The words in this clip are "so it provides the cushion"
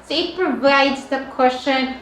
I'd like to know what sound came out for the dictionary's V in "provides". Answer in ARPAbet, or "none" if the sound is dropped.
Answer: V